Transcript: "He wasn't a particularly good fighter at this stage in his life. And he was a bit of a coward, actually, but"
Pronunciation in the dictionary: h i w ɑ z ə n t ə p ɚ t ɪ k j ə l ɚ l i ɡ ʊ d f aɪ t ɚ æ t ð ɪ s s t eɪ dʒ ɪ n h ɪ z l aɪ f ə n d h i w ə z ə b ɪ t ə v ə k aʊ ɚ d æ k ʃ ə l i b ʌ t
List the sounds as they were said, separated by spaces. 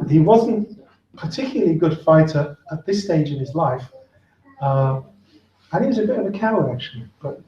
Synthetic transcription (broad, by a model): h i w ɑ z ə n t p ɚ t ɪ k j l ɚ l i ɡ ʊ d f aɪ t ɚ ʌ t ð ɪ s s t eɪ dʒ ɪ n ɪ z l aɪ f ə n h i w ə z ə b ɪ t ə v ə k aʊ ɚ æ k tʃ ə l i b ʌ t